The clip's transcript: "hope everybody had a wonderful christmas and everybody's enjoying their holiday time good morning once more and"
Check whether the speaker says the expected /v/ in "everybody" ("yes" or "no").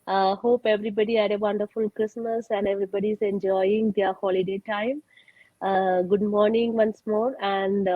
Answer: yes